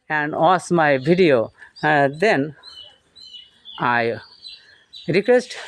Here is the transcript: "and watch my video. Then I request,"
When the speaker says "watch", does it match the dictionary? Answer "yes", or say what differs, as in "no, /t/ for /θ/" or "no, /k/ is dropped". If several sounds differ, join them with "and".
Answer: no, /s/ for /tʃ/